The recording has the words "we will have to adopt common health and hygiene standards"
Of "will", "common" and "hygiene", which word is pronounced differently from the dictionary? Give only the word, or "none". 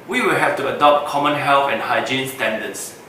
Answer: none